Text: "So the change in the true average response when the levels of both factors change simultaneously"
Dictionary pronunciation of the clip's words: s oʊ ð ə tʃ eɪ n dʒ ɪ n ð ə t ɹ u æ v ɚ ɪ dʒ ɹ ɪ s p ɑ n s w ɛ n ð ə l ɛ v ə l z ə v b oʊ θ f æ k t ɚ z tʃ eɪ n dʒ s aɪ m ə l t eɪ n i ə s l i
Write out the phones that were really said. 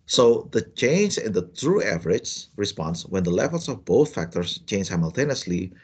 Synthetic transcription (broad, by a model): s oʊ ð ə tʃ eɪ n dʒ ɪ n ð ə t ɹ u æ v ɚ ɪ dʒ ɹ ɪ s p ɑ n s w ɛ n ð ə l ɛ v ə l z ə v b oʊ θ f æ k t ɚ s tʃ eɪ n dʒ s aɪ m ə l t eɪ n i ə s l i